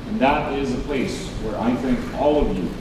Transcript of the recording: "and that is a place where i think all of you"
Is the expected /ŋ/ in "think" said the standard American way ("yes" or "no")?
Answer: yes